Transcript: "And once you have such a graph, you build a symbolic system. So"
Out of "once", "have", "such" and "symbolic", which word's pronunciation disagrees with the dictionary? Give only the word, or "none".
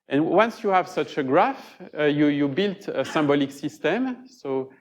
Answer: none